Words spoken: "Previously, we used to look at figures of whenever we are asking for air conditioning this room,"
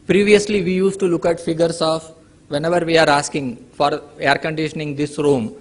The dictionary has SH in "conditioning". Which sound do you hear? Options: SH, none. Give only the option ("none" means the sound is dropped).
SH